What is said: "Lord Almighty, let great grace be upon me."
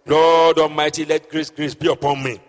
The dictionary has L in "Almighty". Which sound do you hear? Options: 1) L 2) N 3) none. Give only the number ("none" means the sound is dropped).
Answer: 3